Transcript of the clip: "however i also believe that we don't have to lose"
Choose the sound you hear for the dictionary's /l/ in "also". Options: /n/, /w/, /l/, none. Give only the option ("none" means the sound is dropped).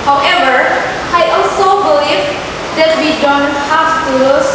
/l/